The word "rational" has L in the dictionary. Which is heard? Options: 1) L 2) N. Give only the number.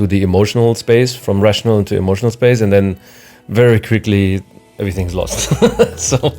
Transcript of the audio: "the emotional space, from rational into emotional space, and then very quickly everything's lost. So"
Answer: 1